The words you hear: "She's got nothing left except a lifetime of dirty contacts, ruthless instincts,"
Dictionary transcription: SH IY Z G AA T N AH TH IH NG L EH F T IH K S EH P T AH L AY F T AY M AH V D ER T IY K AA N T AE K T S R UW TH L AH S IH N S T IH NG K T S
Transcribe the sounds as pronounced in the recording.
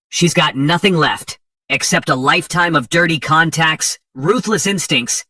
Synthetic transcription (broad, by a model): SH IY Z G AA T N AH TH IH NG L EH F T IH K S EH P T AH L AY F T AY M AH V D ER T IY K AA N T AE K T S R UW TH L AH S IH N S T IH NG K T S